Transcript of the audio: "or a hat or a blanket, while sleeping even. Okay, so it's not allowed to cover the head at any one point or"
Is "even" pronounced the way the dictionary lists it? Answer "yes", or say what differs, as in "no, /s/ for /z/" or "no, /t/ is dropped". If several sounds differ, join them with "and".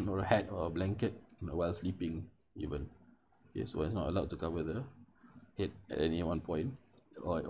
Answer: yes